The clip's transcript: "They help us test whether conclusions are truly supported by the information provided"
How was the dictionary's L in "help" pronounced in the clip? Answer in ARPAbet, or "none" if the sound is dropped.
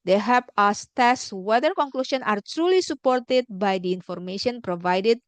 none